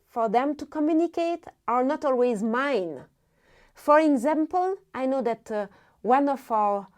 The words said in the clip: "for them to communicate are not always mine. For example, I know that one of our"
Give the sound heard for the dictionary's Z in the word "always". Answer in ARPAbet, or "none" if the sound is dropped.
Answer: Z